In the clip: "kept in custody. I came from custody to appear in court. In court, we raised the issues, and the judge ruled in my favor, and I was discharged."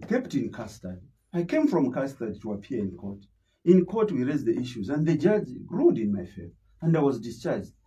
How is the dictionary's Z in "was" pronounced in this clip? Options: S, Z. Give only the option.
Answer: Z